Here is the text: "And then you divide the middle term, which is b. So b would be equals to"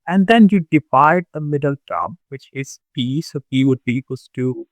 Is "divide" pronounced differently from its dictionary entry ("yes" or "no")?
yes